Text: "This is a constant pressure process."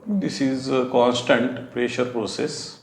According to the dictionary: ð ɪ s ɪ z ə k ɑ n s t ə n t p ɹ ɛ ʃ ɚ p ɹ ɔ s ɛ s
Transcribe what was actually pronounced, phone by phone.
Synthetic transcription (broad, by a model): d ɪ s ɪ z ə k ɑ n s t ə n t p ɹ ɛ ʃ ɚ p ɹ ɔ s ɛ s